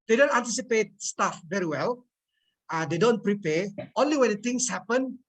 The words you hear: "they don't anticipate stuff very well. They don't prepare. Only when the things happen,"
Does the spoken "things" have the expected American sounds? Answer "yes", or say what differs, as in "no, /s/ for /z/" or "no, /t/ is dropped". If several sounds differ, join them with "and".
no, /t/ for /θ/ and /s/ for /z/